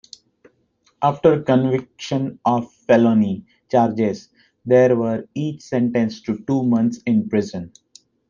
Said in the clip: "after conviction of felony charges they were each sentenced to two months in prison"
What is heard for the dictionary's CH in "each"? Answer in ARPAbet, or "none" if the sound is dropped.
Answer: CH